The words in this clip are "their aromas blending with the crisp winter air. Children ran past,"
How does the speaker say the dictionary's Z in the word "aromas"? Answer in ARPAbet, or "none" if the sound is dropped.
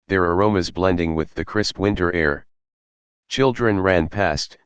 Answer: Z